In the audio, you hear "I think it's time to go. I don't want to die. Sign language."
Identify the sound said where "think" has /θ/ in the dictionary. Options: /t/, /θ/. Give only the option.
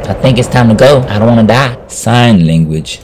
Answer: /θ/